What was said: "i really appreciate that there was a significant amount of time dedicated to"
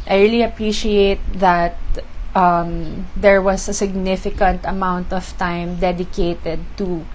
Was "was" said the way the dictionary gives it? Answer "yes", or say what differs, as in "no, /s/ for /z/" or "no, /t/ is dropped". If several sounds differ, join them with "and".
no, /s/ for /z/